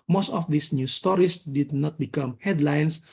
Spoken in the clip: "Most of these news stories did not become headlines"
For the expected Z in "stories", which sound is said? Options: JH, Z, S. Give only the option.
S